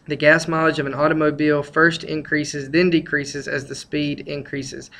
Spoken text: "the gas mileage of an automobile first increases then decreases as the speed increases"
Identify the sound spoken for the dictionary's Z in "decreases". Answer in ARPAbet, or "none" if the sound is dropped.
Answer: Z